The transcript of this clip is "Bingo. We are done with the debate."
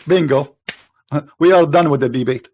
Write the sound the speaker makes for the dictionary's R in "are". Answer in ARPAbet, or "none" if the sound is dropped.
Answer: L